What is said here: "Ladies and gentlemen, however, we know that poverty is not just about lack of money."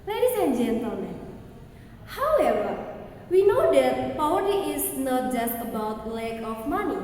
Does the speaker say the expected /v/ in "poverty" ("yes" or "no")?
no